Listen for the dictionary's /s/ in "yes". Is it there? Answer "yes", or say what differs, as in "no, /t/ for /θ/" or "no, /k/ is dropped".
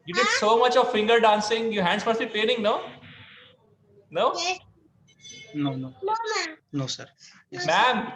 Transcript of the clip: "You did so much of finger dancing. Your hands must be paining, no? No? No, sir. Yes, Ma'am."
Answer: no, /s/ is dropped